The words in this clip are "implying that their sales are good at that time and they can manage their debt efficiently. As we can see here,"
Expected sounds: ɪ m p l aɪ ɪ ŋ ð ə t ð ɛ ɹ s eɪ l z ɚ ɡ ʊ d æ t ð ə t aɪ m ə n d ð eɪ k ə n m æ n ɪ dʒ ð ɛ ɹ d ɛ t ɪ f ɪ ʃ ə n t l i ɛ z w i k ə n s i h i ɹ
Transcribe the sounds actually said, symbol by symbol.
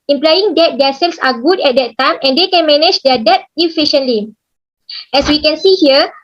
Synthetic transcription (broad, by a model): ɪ m p l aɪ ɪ ŋ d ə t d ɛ s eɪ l s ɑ ɡ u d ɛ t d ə t aɪ m ə n d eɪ k ə n m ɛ n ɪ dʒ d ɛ d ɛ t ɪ f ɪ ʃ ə n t l i ɛ s w i k ə n s i h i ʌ